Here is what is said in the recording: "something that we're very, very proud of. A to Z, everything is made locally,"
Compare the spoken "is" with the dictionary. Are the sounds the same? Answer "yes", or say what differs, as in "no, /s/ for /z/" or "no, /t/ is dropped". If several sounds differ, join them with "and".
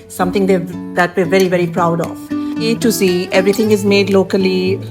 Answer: yes